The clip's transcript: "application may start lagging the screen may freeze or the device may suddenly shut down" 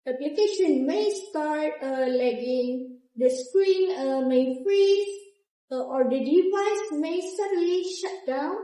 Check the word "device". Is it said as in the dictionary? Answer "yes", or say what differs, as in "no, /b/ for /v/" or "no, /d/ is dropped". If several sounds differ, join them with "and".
yes